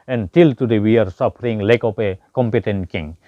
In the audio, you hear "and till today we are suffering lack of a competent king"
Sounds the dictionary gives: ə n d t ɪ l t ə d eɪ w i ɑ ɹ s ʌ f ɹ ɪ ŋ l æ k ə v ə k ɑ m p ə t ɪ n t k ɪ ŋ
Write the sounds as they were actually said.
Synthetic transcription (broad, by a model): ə n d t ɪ l t ə d eɪ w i ɑ ɹ s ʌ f ɹ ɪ ŋ l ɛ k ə p ə k ɑ m p ə t ɪ n t k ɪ ŋ